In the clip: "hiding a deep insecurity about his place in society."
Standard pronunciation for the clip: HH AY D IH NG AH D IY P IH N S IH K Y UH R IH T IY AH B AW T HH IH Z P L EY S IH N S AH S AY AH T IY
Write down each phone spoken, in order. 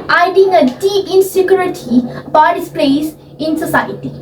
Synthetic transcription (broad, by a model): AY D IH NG AH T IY IH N S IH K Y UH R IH T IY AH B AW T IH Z P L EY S IH N S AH S AY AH T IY